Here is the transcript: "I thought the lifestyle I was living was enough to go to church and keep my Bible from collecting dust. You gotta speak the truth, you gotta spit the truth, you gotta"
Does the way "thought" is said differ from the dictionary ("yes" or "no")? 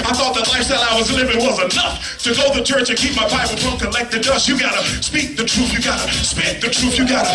no